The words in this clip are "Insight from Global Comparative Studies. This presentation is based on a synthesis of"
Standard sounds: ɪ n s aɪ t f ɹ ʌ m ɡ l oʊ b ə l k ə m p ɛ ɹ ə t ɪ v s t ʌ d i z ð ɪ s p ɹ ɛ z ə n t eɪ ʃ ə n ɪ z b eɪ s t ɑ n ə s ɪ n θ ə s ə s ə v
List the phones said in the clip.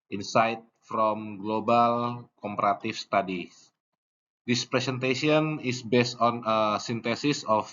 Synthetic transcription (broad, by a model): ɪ n s aɪ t f ɹ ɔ m ɡ l oʊ b ə l k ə m p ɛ ɹ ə t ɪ f s t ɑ d i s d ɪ s p ɹ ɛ s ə n t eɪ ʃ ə n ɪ s b eɪ s t ɑ n ə s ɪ n t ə s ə s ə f